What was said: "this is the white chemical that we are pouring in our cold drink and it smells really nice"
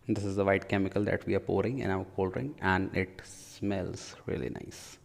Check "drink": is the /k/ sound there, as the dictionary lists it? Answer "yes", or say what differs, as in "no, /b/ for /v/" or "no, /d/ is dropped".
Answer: no, /k/ is dropped